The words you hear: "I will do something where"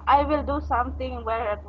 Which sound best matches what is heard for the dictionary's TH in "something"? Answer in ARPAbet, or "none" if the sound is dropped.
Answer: T